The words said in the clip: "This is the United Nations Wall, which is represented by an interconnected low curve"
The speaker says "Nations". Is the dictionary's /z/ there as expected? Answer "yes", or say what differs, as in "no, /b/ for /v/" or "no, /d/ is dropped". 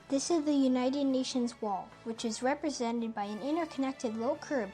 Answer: yes